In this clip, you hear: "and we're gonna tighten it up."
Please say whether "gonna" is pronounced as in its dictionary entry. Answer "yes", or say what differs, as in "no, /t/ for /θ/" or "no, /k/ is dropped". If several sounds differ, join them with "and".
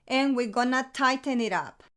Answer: yes